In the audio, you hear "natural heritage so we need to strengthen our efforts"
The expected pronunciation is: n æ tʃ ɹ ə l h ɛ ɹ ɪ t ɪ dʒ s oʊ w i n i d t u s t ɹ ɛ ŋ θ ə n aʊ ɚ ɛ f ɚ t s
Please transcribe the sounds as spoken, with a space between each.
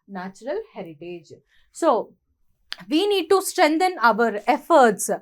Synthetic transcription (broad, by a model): n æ tʃ ɹ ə l h ɛ ɹ ɪ t ɪ dʒ s oʊ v i n i d t u s t ɹ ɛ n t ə n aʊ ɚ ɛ f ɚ t s